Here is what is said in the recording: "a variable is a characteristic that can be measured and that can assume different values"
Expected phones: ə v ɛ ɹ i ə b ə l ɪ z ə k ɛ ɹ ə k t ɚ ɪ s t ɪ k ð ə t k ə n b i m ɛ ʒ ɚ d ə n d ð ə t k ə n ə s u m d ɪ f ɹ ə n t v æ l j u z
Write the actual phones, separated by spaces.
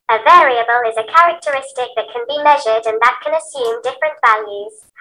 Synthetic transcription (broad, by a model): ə v ɛ ɹ i ə b ə l ɪ z ə k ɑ ɹ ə k t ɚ ɪ s t ɪ k ð ə t k ə n b i m ɛ ʒ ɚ d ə n ð ə t k ə n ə s u m d ɪ f ɹ ə n t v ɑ l j u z